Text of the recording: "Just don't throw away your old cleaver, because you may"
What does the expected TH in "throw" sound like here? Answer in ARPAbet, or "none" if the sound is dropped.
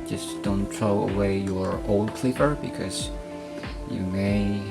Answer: T